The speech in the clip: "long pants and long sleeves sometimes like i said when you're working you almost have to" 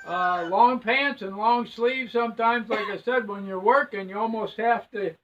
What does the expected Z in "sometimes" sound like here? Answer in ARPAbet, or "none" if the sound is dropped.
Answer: Z